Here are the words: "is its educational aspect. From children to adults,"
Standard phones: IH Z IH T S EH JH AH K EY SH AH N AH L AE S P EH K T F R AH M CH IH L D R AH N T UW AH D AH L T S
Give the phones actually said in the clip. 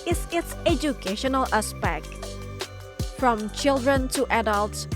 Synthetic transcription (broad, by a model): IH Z IH T S EH JH AH K EY SH AH N AH L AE S P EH K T F R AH M CH IH L D R AH N T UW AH D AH L T S